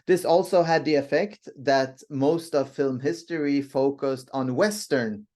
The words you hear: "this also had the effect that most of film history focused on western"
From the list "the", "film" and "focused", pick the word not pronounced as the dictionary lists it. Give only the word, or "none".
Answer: none